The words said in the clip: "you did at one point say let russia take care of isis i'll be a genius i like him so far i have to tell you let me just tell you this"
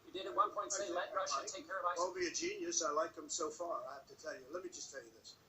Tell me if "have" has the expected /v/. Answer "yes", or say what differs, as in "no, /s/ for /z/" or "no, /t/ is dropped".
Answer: no, /f/ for /v/